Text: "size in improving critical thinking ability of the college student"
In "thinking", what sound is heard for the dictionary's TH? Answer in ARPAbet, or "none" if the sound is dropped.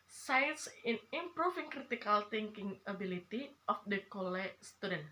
T